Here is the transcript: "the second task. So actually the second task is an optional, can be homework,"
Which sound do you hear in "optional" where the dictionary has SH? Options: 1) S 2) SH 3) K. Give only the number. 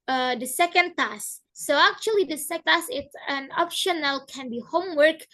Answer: 2